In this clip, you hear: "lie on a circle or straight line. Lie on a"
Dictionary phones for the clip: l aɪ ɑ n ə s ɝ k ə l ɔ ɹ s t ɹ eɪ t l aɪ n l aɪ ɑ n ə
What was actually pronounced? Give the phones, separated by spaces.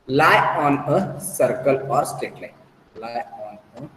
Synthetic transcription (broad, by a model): l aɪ ɑ n ə s ɝ k ə l ɔ ɹ s t eɪ t l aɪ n l aɪ ɑ n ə